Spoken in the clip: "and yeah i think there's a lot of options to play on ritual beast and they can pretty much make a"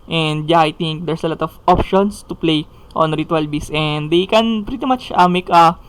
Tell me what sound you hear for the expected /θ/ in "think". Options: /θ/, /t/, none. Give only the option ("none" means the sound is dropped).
/t/